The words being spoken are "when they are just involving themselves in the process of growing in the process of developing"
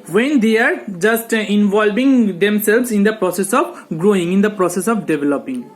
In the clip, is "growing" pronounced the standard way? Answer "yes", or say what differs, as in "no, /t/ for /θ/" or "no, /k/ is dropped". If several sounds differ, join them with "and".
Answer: yes